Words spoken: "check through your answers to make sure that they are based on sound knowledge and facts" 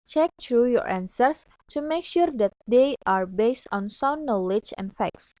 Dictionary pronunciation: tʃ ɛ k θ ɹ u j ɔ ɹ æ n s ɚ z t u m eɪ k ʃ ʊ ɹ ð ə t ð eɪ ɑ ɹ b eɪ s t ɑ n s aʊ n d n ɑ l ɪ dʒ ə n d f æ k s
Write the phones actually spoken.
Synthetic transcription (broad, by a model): tʃ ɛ k t ɹ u j ɔ ɹ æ n s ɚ s t u m eɪ k ʃ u ɹ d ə t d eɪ ɑ ɹ b eɪ s t ɑ n s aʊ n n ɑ l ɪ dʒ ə n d f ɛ k s